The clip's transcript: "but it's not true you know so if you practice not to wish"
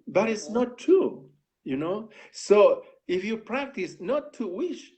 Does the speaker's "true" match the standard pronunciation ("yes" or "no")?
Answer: no